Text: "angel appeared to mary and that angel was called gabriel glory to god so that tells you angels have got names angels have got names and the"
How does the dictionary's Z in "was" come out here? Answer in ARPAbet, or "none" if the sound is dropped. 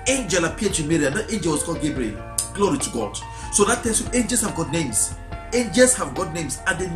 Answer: S